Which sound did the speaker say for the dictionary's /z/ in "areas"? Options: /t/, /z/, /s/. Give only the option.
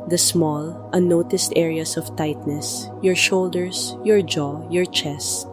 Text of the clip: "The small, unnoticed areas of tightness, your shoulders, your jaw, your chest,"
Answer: /s/